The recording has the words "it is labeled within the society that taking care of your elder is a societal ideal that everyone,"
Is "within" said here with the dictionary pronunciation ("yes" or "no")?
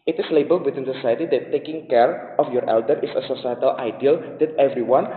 no